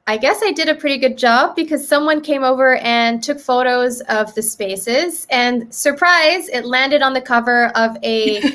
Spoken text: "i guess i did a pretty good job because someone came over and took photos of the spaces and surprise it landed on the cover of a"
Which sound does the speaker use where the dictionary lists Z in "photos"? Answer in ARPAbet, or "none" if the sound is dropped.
Z